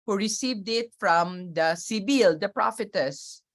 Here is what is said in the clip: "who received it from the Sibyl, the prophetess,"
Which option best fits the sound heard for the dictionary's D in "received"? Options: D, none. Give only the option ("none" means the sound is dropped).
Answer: D